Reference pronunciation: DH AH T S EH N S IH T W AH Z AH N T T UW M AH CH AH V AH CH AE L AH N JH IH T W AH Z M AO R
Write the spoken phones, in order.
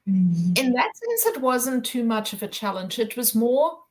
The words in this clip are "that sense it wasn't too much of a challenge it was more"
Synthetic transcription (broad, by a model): DH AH T S EH N S IH T W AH Z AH N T T UW M AH CH AH V AH CH AE L AH N JH IH T W AH Z M AO R